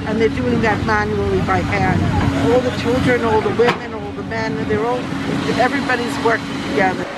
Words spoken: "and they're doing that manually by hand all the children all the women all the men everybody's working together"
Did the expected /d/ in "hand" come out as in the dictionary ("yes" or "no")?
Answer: no